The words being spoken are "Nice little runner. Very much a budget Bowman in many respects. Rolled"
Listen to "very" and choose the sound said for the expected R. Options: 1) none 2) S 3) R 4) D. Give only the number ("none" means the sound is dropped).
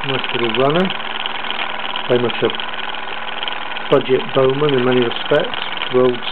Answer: 1